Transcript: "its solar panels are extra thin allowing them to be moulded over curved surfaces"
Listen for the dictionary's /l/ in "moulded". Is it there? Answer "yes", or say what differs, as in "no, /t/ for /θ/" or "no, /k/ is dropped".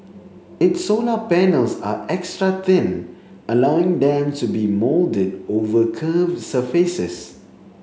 yes